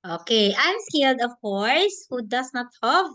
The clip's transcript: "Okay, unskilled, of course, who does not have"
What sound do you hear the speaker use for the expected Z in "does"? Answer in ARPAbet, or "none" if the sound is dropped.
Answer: S